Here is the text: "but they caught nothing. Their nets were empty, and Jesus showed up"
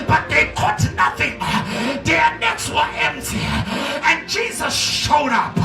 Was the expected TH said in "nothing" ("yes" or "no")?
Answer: yes